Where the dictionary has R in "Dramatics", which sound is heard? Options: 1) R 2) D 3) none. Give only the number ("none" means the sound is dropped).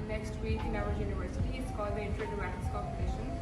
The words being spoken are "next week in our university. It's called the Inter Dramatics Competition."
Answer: 3